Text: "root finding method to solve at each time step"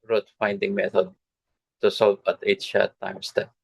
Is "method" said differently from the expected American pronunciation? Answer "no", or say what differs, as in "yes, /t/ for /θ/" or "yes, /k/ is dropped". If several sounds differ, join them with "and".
yes, /t/ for /θ/